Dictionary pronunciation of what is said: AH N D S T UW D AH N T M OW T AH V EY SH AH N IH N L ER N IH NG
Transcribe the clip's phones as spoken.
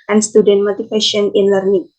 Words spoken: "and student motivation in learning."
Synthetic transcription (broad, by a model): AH N S T UW D AH N T M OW T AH F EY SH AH N IH N L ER N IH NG